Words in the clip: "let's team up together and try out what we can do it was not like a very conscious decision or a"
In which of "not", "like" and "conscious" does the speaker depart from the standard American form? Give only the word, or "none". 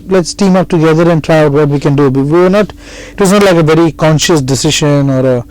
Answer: none